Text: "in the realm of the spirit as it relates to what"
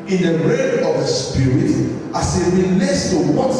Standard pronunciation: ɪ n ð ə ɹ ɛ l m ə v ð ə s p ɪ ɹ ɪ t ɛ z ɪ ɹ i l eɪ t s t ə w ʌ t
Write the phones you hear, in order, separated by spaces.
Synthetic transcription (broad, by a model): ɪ n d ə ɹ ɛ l ə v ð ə s p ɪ ɹ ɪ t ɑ s ɪ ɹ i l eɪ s t ə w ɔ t